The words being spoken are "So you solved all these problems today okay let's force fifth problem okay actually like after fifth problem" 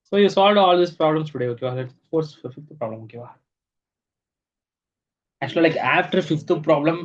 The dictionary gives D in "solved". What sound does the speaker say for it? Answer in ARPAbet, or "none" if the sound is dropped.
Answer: D